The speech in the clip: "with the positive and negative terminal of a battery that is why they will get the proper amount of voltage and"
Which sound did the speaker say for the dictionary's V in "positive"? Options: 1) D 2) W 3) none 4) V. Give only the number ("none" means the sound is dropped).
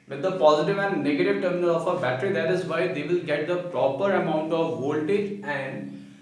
4